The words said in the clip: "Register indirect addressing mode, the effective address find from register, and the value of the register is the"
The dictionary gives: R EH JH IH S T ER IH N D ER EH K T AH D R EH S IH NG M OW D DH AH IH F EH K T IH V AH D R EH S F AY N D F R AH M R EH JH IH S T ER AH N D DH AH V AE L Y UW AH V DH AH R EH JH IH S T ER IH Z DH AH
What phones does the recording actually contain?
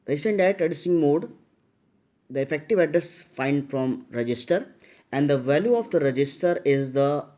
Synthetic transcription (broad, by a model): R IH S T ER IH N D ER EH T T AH D IY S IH NG M OW D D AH IH F EH K T IH V AH D R EH S F AY N D F R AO M R EH JH IH S T ER AH N D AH V AE L Y UW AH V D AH R EH JH IH S T ER IH Z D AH